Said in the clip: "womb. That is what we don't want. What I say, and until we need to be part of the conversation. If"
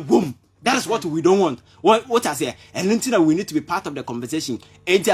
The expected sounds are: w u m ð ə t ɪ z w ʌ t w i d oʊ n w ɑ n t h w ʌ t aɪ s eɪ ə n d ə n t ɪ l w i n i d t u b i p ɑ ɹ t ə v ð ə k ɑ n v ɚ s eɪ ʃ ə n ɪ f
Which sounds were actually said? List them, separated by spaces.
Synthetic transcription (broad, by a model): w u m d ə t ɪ s w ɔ t w i d oʊ n w ɑ n t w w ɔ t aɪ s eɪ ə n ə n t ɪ n w i n i d t u b i p ɑ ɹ t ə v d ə k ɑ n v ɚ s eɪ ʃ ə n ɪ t